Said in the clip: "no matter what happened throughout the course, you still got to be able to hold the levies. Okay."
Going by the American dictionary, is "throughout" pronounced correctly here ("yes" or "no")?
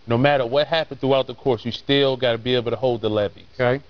yes